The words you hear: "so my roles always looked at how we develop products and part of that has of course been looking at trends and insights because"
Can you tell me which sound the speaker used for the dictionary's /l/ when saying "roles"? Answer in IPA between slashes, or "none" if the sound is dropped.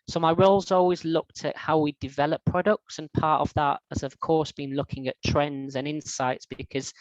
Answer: /l/